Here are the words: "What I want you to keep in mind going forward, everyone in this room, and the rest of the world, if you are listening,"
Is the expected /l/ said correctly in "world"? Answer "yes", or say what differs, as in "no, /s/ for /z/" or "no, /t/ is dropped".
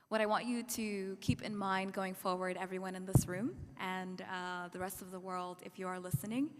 yes